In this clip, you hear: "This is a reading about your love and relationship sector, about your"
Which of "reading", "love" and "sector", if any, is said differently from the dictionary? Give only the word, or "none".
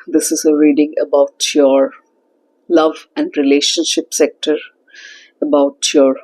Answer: none